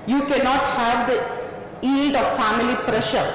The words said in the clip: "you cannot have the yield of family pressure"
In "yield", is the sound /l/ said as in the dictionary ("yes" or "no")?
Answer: no